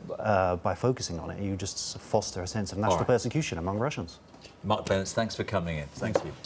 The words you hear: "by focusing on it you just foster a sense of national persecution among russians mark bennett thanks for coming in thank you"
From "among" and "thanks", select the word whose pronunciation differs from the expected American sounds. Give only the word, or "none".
none